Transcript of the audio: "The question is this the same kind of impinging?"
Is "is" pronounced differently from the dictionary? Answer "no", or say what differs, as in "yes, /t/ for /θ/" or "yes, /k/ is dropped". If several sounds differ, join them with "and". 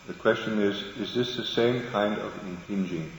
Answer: no